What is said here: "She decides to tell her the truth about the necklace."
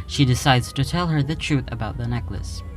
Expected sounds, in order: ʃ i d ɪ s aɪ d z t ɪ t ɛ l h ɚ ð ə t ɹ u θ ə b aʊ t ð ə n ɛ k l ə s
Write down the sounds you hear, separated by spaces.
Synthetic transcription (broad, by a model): ʃ i d ɪ s aɪ d z t ɪ t ɛ l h ɚ ð ə t ɹ u θ ə b aʊ t ð ə n ɛ k l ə s